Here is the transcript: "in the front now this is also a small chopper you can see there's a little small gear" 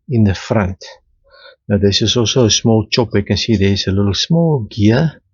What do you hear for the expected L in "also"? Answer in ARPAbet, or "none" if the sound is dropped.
L